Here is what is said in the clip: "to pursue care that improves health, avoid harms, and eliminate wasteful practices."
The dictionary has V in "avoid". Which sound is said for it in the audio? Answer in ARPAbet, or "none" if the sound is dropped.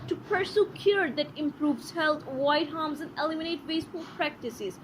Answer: none